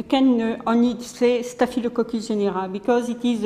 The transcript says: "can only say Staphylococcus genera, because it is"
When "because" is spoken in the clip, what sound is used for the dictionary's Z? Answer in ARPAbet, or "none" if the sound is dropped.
Z